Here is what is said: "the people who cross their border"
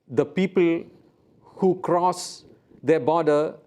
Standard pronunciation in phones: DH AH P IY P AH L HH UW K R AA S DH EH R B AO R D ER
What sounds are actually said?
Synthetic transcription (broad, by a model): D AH P IY P AH L HH UW K R AA S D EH B AO D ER